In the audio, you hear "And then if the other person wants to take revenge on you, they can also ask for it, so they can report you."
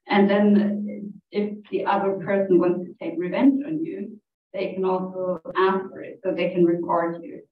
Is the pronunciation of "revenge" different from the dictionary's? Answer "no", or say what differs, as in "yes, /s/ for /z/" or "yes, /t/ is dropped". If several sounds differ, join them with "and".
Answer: no